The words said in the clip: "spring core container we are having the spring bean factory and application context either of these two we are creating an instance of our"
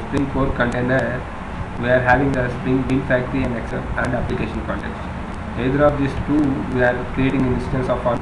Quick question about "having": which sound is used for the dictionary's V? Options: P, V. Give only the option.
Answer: V